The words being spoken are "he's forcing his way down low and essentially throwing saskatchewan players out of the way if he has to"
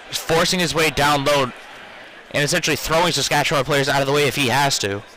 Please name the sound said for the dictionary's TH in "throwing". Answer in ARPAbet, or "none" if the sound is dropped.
TH